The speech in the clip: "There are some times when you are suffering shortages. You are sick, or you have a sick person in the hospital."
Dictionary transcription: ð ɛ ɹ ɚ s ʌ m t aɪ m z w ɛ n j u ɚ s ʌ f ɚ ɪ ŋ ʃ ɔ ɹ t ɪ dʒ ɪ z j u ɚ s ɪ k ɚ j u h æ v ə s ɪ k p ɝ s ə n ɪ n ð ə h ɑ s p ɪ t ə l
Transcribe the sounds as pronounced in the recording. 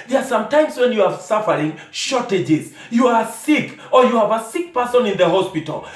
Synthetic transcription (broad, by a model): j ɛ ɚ s ʌ m t aɪ m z w ɛ n j u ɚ s ʌ f ɚ ɪ ŋ ʃ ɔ ɹ t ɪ dʒ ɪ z j u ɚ s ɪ k ɚ j u h æ v ə s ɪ k p ɝ s ə n ɪ n ð ə h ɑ s p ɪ t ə l